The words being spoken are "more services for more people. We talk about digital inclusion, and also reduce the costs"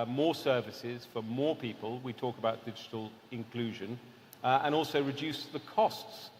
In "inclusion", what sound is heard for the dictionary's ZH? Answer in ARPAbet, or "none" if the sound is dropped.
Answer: ZH